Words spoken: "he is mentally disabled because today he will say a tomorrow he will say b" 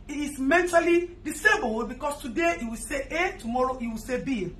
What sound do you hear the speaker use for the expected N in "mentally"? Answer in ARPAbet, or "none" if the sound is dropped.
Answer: N